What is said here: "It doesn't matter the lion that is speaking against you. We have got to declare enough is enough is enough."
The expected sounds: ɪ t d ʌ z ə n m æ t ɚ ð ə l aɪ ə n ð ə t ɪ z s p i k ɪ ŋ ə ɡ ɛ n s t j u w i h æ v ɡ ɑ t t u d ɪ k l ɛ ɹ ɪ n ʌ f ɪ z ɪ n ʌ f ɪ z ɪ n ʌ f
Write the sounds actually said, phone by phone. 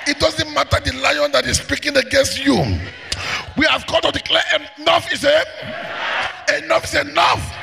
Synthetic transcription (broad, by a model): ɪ t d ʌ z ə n m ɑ t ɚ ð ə l aɪ ə n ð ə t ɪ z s p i k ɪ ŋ ə ɡ ɛ n s t j u w i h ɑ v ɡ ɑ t t u d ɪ k l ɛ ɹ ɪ n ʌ f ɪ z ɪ n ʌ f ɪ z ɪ n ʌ f